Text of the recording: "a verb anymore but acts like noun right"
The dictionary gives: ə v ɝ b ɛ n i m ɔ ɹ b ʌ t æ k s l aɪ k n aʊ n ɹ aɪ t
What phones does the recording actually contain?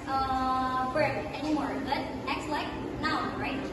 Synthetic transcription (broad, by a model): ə f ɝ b ɛ n i m ɔ ɹ b ʌ t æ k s l aɪ k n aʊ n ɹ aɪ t